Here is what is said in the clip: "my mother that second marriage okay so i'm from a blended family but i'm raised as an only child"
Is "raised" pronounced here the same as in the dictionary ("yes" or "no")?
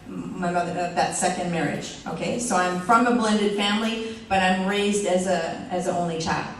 yes